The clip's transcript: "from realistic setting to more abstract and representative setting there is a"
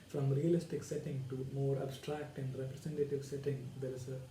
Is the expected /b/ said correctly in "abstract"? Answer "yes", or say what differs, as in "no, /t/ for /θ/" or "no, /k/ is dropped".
yes